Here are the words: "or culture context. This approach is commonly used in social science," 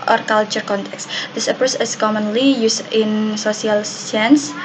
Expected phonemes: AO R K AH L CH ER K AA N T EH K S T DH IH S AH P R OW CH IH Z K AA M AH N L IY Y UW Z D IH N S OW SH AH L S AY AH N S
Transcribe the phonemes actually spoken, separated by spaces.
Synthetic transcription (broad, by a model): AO R K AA L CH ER K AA N T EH K S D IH S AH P OW S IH S K AA M AH N L IY Y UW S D IH N S OW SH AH L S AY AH N S